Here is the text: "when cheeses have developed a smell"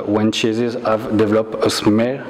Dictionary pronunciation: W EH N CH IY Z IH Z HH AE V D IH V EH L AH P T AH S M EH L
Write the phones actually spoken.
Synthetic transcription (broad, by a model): W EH N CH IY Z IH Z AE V D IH V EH L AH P AH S M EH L